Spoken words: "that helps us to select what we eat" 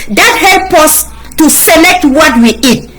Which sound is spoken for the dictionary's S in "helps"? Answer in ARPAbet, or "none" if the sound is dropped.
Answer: none